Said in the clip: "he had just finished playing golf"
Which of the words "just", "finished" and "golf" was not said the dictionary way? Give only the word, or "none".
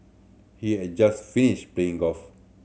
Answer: golf